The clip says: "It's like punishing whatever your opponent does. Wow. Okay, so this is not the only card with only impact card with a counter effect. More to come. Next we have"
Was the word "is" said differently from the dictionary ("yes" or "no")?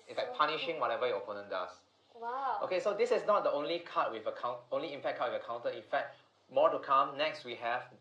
yes